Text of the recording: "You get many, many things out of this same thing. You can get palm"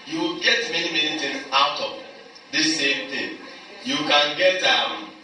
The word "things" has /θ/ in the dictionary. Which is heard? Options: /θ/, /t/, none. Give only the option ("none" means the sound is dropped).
/t/